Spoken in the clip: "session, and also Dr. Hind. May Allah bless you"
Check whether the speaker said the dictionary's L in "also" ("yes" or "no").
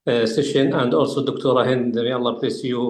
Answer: yes